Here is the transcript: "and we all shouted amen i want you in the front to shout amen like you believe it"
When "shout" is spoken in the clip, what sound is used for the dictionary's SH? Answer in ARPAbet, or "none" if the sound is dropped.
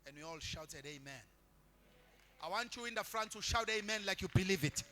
SH